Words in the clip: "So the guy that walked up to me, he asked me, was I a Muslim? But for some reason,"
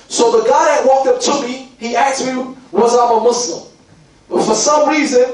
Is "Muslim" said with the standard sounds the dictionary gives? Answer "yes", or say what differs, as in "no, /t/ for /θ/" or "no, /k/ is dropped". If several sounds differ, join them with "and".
no, /s/ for /z/